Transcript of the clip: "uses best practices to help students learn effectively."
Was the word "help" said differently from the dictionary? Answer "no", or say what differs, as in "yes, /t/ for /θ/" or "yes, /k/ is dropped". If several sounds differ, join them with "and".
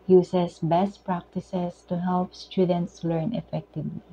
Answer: no